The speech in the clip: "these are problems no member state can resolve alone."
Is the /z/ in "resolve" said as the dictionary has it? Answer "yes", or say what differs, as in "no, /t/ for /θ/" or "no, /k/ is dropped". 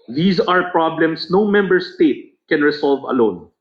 no, /s/ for /z/